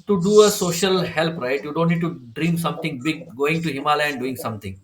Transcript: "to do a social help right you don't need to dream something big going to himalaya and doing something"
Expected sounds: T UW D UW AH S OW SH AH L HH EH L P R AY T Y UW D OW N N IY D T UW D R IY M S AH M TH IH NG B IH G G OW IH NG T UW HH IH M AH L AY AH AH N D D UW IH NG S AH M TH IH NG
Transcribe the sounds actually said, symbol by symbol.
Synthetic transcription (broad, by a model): T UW D UW AH S OW SH AH L HH EH L P R AY T Y UW D OW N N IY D T UW D R IY M S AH M T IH NG B IH G G OW IH NG T UW HH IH M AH L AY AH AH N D D UW IH NG S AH M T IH NG